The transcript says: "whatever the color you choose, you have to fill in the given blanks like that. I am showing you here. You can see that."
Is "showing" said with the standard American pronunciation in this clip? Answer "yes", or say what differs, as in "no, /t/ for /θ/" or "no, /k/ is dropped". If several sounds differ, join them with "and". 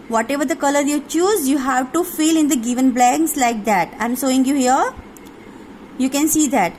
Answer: no, /s/ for /ʃ/